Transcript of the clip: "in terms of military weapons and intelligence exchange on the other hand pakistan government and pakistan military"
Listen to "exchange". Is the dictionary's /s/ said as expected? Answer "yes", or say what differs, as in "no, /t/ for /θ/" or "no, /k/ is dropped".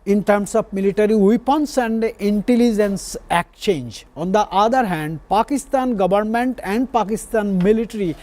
no, /s/ is dropped